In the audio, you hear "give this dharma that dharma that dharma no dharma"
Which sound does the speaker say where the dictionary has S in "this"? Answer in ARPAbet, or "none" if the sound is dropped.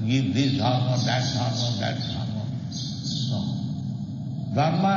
none